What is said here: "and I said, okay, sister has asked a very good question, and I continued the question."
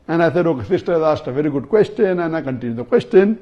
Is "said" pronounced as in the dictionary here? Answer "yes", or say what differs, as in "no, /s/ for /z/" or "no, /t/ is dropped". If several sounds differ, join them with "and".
no, /θ/ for /s/